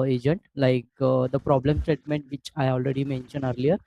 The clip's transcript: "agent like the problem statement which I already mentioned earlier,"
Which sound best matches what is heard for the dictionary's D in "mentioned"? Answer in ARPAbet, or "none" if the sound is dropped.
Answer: none